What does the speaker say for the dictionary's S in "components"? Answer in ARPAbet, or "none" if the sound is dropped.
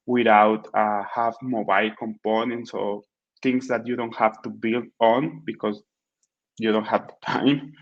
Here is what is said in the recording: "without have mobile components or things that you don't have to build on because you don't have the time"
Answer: S